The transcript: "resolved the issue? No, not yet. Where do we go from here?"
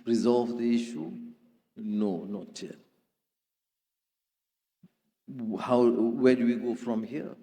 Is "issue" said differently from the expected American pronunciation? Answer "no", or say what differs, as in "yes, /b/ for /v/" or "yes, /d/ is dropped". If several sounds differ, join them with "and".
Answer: no